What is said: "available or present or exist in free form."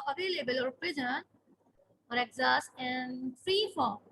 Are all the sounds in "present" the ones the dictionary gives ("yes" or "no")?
no